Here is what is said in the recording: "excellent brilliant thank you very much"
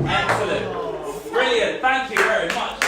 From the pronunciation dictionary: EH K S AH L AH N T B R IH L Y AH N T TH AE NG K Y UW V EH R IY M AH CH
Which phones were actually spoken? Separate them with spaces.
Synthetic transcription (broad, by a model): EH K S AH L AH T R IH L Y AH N TH AE NG K Y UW V EH R IY M AH CH